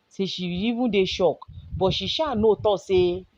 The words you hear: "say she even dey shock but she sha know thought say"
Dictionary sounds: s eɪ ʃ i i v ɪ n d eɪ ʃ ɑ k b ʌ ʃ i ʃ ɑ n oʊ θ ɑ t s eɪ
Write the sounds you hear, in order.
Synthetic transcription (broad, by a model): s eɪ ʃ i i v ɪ d eɪ ʃ ɑ k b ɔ ʃ i ʃ ɑ n oʊ t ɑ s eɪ